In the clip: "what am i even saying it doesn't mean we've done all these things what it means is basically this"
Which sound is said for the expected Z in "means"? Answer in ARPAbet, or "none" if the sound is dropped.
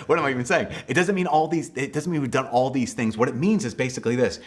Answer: Z